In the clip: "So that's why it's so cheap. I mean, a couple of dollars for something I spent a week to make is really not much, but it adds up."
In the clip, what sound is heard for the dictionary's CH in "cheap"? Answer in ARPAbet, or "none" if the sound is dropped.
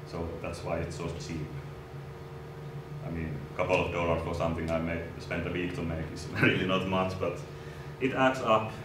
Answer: S